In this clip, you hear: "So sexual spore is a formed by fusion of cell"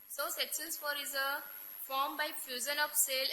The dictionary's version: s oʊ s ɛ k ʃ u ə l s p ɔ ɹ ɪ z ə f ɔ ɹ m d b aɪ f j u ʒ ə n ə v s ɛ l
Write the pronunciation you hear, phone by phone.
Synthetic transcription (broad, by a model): s oʊ s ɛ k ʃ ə n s f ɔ ɹ ɪ z ə f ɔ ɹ m b aɪ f j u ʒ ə n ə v s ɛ l